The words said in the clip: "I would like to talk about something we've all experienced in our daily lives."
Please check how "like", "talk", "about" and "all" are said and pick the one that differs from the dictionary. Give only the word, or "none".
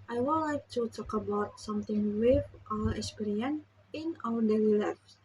all